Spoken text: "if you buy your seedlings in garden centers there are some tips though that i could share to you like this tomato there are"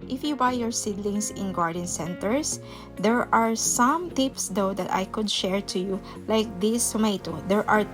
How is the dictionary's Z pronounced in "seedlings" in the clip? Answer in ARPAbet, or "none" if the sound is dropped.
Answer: S